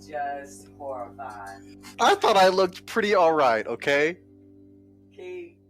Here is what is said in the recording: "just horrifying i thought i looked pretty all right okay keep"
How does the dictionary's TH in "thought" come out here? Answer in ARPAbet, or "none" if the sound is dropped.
TH